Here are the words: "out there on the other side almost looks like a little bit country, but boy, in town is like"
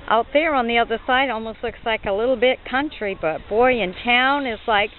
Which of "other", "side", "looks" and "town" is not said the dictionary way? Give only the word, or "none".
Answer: none